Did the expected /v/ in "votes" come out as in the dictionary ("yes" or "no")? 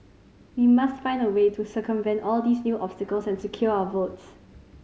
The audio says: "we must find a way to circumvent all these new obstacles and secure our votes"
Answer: yes